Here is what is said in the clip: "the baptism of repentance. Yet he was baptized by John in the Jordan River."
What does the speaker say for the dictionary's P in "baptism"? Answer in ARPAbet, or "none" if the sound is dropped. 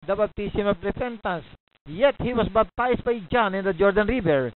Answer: B